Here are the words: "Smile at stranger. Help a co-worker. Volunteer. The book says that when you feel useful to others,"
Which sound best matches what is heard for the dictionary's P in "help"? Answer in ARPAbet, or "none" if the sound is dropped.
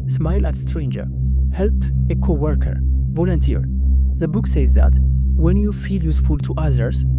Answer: P